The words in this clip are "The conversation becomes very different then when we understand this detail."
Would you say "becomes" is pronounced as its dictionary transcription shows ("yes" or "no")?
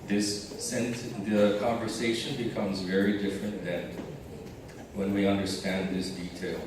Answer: yes